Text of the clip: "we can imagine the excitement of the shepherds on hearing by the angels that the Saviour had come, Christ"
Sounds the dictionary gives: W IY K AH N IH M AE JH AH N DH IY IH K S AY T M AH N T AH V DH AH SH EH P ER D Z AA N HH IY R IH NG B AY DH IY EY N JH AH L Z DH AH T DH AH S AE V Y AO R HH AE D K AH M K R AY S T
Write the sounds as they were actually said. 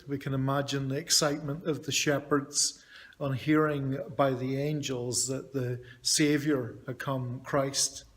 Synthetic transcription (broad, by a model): W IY K AH N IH M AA JH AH N DH IY IH K S AY T M AH N T AH V DH AH SH EH P ER D Z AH N HH IY R IH NG B AY DH IY EY N JH AH L Z DH AH T DH AH S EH V Y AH R HH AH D K AH M K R AY S T